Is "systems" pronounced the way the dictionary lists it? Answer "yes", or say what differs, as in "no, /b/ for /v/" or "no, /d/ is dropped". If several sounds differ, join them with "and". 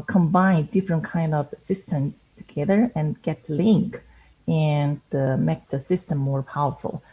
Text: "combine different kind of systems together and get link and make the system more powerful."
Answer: no, /z/ is dropped